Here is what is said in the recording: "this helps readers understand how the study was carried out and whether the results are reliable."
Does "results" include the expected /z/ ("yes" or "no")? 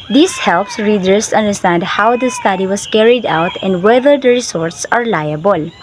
no